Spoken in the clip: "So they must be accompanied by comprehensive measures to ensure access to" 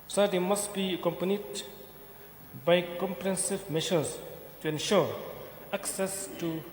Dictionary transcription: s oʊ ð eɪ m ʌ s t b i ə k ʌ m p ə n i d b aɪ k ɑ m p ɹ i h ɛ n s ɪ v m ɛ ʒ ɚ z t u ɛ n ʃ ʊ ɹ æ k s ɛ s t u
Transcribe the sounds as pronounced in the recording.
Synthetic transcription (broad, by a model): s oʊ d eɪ m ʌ s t b i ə k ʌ m p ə n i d b aɪ k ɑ m p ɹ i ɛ n s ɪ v m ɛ ʃ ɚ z t u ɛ n ʃ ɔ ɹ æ k s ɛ s t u